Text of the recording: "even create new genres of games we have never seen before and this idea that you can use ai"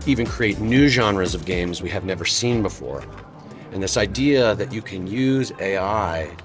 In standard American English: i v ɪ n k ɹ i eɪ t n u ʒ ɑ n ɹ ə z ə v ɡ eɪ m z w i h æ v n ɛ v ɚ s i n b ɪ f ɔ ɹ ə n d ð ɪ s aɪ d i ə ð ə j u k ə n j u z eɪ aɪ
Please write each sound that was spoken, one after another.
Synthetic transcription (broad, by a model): i v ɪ n k ɹ i eɪ t n u ʒ ɑ n ɹ ə z ə v ɡ eɪ m z w i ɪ v n ɛ v ɚ s i n b ɪ f ɔ ɹ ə n ð ɪ s aɪ d i ə ð ə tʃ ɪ k ə n j u z eɪ aɪ